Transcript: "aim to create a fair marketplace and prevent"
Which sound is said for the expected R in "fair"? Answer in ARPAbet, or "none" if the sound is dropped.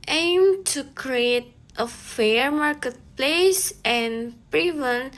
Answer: R